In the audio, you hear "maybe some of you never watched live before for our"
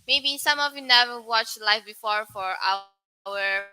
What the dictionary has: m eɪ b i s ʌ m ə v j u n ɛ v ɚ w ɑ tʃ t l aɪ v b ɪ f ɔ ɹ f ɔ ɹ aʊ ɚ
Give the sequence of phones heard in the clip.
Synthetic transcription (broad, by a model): m eɪ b i s ʌ m ə v j u n ɛ v ɚ w ɑ tʃ t l aɪ f b ɪ f ɔ ɹ f ɔ ɹ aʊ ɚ